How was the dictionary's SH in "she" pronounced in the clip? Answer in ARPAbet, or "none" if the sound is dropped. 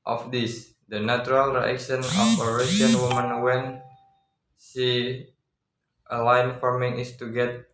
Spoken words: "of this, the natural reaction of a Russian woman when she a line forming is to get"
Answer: S